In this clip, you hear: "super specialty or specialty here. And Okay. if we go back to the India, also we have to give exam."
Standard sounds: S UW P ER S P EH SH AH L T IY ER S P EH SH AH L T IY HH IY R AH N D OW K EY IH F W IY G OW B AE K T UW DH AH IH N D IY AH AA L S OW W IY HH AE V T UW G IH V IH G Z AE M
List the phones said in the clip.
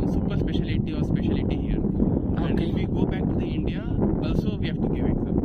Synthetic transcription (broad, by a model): S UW P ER S P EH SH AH L T IY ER S P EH SH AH L T IY HH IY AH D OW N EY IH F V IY G OW B AE K T UW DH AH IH N D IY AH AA S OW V IY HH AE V T UW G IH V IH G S